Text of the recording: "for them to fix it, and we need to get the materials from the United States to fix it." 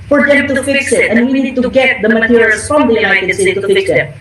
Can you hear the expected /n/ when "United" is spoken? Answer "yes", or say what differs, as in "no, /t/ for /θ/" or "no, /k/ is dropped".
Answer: no, /n/ is dropped